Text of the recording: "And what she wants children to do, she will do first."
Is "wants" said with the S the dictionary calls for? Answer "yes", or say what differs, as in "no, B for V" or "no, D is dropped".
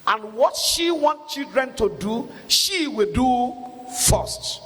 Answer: no, S is dropped